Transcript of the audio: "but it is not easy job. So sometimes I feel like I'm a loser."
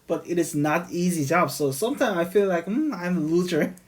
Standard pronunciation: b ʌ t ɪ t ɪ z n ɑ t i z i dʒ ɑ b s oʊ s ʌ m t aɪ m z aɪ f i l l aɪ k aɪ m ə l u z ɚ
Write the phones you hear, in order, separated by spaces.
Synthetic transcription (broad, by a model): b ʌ t ɪ t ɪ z n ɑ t i z i dʒ ɑ b s oʊ s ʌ m t aɪ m aɪ f i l l aɪ k aɪ m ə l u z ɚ